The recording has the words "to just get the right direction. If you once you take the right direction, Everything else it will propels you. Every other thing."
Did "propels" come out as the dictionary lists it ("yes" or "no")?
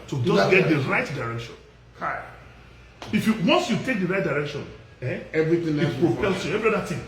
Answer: no